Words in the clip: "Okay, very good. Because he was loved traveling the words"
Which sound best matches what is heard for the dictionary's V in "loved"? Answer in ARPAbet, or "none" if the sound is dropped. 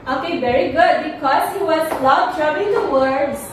P